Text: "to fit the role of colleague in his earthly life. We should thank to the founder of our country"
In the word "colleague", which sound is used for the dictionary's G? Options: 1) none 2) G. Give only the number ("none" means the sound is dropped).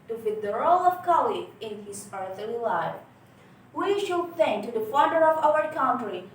1